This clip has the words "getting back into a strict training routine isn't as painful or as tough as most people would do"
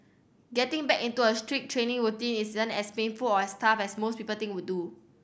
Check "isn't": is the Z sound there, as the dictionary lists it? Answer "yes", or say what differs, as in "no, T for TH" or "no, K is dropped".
no, S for Z